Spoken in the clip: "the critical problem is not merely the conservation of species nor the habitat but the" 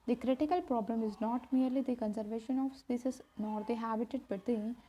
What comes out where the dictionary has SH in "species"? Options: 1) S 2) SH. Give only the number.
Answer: 1